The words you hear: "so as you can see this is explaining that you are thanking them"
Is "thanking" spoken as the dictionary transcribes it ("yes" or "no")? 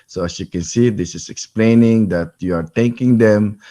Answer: no